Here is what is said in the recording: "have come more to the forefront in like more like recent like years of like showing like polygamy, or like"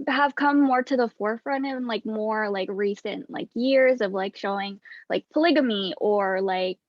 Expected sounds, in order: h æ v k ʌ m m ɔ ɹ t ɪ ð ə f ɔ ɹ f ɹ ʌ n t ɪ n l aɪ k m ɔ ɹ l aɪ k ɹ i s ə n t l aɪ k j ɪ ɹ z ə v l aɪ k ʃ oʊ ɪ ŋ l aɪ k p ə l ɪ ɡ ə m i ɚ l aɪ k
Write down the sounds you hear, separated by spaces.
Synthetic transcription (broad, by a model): h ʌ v k ʌ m m ɔ ɹ t ɪ ð ə f ɔ ɹ f ɹ ʌ n t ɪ n l aɪ k m ɔ ɹ l aɪ k ɹ i s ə n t l aɪ k j ɪ ɹ z ə v l aɪ k ʃ oʊ ɪ ŋ l aɪ k p ə l ɪ ɡ ə m i ɚ l aɪ k